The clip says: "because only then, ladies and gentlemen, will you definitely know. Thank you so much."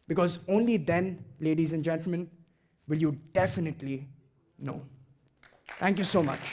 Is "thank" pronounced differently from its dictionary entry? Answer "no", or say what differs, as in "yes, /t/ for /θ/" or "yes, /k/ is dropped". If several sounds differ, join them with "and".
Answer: yes, /t/ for /θ/